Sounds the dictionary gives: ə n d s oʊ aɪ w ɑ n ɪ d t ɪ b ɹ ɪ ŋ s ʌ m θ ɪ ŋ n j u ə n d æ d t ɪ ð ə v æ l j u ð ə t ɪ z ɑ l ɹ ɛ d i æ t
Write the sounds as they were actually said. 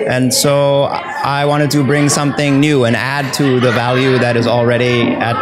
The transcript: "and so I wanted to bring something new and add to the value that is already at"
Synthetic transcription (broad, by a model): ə n s oʊ aɪ w ɑ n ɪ d t ɪ b ɹ ɪ ŋ s ʌ m θ ɪ ŋ n j u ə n æ d t ɪ ð ə v æ l j u ð ə t ɪ z l ɹ ɛ d i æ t